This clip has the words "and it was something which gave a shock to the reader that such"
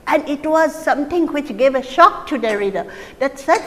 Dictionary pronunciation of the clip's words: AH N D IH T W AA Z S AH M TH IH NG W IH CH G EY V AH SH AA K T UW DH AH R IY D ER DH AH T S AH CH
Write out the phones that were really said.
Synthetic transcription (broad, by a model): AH N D IH T W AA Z S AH M T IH NG W IH CH G EY V AH SH AA K T UW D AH R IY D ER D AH T S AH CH